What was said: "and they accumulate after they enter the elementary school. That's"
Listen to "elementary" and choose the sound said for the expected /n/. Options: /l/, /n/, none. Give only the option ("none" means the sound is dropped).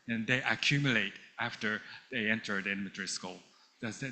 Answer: none